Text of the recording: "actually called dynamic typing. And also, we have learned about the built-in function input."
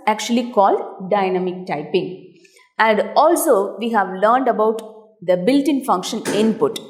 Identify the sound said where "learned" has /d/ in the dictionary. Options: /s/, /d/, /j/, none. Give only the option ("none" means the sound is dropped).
/d/